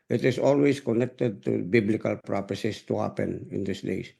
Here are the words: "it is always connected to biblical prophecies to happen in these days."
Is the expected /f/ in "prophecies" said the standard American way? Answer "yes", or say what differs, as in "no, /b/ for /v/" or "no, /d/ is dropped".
no, /p/ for /f/